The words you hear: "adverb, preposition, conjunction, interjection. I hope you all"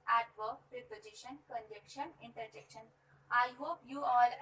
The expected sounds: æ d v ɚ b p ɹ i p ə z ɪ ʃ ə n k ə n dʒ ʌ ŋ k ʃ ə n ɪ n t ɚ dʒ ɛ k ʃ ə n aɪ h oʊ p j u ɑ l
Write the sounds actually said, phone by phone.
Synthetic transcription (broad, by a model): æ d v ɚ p ɹ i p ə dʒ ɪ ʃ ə n k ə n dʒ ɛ k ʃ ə n ɪ n t ɚ dʒ ɛ k ʃ ə n aɪ h oʊ p j u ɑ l